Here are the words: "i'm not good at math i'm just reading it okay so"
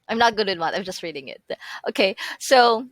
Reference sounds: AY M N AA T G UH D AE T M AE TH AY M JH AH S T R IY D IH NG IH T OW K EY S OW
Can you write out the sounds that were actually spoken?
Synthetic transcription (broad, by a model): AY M N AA T G UH D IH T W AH T AY M JH AH S T R IY D IH NG IH T OW K EY S OW